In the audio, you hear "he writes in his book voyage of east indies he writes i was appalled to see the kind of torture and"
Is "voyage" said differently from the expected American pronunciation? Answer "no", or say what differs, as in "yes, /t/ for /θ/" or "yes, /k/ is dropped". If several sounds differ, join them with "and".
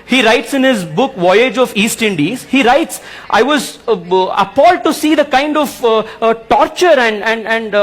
no